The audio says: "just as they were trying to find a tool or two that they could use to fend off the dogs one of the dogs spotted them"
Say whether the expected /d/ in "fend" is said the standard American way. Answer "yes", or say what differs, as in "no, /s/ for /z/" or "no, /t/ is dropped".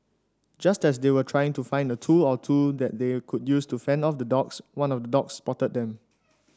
yes